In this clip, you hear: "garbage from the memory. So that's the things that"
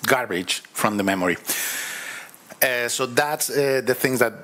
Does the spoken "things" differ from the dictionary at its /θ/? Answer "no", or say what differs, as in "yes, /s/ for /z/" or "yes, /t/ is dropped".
no